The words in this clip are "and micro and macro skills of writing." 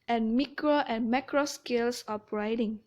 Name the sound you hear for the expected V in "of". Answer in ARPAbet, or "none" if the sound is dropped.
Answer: P